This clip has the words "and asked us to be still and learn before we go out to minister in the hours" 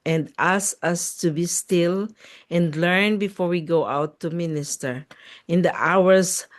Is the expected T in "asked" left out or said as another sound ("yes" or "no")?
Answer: yes